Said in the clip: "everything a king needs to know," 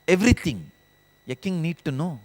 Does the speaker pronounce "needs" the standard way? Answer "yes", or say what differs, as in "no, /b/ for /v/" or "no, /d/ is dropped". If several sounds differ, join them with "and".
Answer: no, /z/ is dropped